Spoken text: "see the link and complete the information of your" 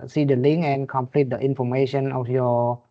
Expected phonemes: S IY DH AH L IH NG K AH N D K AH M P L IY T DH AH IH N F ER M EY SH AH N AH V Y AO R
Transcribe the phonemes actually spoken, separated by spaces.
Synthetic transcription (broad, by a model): S IY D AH L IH NG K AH N K AH M P L IY T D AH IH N F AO M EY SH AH N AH F Y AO